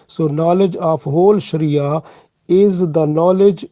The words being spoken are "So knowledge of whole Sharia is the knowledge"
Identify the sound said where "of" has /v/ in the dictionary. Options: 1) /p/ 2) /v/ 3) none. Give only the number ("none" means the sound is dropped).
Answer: 1